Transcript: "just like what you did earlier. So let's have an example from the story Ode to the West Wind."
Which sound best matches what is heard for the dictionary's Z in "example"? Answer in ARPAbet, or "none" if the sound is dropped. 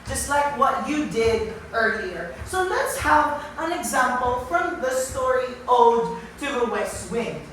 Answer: Z